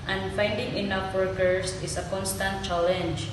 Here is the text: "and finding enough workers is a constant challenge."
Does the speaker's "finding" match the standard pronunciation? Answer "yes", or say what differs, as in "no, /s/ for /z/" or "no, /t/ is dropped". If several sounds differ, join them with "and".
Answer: yes